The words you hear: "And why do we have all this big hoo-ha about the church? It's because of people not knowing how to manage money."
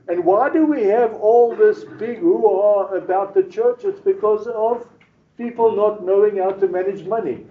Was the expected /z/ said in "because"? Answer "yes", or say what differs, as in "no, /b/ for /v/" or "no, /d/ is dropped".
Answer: yes